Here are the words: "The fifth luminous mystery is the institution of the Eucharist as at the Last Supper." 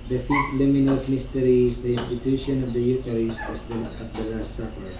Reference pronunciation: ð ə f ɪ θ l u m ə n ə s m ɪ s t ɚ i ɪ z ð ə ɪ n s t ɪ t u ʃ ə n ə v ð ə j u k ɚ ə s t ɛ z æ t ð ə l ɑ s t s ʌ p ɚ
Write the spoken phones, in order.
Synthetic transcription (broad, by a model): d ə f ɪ f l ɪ m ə n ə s m ɪ s t ɚ i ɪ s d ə ɪ n s t ɪ t u ʃ ə n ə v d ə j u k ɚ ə s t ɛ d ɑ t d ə l ɑ s t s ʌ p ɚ